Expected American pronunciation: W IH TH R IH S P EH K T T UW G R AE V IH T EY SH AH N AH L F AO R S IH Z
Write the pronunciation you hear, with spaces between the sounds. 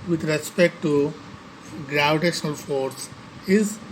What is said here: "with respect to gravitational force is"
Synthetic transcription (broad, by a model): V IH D R IH S P EH K T T UW G R AE V IH T EY SH AH N AH L F AO R S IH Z